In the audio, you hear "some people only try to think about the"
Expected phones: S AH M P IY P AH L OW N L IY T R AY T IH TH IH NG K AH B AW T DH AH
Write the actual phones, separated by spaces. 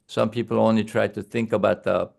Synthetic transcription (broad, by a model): S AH M P IY P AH L OW N L IY T R AY T IH TH IH NG K AH B AW T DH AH